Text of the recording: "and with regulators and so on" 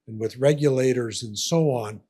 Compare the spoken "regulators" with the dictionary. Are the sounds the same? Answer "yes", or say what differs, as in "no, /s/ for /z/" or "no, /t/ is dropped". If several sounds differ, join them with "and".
yes